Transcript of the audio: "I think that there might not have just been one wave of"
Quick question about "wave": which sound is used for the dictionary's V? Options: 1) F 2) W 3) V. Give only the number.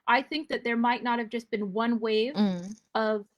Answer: 3